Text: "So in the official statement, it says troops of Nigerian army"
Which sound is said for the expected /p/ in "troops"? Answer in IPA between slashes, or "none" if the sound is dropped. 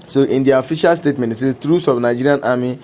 none